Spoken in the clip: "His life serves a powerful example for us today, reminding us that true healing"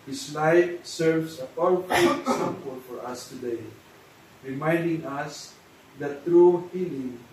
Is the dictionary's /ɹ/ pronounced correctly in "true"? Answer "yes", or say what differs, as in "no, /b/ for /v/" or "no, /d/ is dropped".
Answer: yes